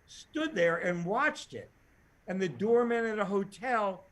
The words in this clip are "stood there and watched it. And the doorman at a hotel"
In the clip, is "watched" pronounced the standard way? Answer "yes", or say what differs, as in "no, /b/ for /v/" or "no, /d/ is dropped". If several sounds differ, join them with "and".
yes